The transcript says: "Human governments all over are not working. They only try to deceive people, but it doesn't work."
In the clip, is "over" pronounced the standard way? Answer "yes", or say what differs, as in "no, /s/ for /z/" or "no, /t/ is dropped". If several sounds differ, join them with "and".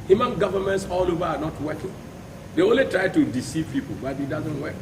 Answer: yes